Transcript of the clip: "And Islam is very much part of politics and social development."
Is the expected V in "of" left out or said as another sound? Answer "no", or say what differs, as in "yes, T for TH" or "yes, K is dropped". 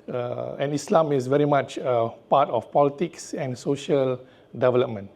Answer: yes, F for V